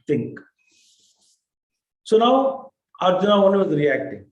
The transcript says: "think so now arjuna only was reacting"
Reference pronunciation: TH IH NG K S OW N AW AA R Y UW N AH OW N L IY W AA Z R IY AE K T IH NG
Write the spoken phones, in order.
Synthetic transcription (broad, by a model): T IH NG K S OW N AW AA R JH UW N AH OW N IY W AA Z R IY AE K T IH NG